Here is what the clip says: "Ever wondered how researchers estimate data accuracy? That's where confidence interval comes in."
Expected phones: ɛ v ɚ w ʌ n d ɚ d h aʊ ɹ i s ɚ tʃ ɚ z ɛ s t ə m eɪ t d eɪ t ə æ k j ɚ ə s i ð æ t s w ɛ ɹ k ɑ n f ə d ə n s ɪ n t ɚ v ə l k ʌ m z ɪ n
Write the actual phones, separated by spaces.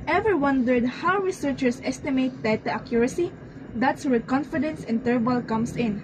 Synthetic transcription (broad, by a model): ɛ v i w ʌ n d ɚ d h aʊ ɹ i s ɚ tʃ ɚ s ɛ s t ə m eɪ t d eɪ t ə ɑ k j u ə s i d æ t s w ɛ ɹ k ɑ n f ə d ə n s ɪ n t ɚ b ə l k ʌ m s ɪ n